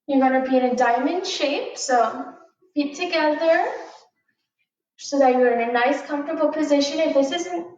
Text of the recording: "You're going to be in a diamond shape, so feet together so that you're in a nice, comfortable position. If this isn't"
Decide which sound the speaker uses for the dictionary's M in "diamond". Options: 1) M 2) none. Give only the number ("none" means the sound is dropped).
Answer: 1